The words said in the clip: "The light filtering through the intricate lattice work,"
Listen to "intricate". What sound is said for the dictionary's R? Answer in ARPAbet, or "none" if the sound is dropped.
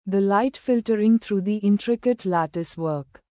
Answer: R